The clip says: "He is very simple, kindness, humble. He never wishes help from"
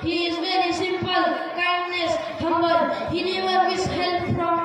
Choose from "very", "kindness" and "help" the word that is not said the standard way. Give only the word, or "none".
none